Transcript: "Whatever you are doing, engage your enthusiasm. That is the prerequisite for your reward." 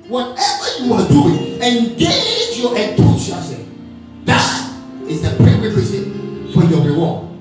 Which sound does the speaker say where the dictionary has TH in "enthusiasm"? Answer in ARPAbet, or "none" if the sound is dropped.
T